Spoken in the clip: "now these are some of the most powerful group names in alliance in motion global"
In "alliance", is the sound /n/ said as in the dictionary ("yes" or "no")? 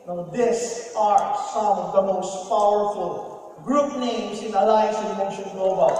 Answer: no